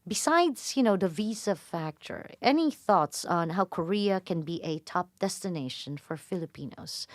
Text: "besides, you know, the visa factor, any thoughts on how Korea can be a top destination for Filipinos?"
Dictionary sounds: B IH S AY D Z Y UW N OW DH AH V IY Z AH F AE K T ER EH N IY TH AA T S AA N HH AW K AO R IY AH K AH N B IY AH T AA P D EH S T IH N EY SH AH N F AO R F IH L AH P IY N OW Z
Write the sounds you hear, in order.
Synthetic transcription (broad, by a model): B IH S AY D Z Y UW N OW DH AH V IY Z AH F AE K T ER EH N IY TH AA T S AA N HH AW K AO R IY AH K AH N B IY AH T AA P D EH S T IH N EY SH AH N F AO R F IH L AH P IY N OW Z